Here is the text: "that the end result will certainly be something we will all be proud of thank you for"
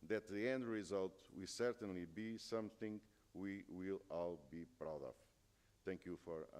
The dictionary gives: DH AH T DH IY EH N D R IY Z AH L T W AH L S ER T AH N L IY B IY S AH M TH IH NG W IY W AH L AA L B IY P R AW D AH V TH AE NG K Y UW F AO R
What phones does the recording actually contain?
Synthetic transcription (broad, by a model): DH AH T DH IY EH N D R IY Z AH L T W AH L S ER T AH N L IY B IY S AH M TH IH NG W IY W AH L AA L B IY P R AW D AH V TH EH NG K Y UW F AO R